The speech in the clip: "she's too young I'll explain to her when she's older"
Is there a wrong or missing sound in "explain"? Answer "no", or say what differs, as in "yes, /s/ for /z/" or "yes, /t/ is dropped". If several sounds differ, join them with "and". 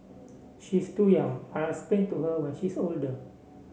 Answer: yes, /k/ is dropped and /l/ is dropped